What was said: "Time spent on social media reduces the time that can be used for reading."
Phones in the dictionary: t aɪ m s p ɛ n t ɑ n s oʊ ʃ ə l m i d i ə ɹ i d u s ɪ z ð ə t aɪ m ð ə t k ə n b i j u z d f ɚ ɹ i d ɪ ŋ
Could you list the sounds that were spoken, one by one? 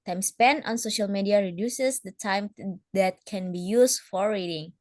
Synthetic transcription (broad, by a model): t aɪ m s p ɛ n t ɑ n s oʊ ʃ ə l m i d i ə ɹ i d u s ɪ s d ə t aɪ m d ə t k ə n b i j u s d f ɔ ɹ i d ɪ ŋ